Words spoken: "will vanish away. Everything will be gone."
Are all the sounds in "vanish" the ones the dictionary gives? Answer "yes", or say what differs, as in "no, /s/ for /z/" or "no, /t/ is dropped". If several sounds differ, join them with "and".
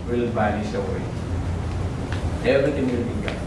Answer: no, /b/ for /v/ and /s/ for /ʃ/